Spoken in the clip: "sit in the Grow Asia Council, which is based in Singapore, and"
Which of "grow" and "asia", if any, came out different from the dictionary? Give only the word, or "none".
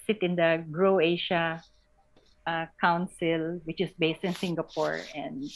asia